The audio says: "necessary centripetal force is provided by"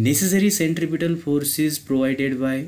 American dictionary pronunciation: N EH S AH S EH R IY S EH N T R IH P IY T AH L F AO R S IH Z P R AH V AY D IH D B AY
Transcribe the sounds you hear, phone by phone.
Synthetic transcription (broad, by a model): N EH S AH S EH R IY S EH N T R IH P IY T AH L F AO R S IH Z P R AH V AY D IH D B AY